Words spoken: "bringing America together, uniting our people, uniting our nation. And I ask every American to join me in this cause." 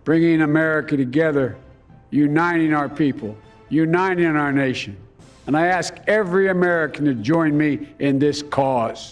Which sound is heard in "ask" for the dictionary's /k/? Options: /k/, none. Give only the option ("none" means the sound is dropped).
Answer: /k/